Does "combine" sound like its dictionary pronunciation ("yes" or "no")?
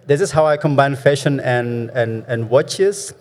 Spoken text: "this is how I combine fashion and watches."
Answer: yes